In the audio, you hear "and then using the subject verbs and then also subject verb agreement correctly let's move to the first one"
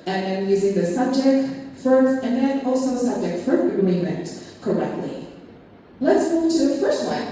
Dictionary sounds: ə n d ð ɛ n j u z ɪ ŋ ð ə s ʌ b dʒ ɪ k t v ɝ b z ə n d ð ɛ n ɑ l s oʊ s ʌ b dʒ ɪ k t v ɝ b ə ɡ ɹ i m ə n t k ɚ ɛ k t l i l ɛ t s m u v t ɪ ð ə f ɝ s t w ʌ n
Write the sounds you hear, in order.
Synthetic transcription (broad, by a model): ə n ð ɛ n j u z ɪ ŋ ð ə s ʌ b dʒ ɪ k t f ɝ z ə n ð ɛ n ɑ l s oʊ s ʌ b dʒ ɪ k t f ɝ ə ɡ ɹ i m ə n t k ɚ ɛ k t l i l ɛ t s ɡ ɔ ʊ t ɪ ð ə f ɝ s t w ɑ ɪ